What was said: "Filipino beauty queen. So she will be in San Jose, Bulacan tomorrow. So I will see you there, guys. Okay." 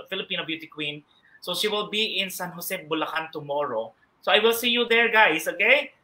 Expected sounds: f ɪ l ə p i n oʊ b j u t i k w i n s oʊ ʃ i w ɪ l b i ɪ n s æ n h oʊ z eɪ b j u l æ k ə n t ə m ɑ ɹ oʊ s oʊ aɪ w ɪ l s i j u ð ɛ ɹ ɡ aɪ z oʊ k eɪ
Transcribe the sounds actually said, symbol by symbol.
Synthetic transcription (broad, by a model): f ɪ l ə p i n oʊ b j u t i k w i n s oʊ ʃ i w ɪ l b i ɪ n s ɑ n h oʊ s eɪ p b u l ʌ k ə n t ə m ɑ ɹ oʊ s oʊ aɪ w ɪ l s i j u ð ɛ ɹ ɡ aɪ s oʊ k eɪ